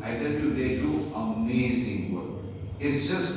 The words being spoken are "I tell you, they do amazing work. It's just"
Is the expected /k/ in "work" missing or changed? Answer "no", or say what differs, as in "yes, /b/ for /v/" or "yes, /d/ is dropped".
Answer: yes, /k/ is dropped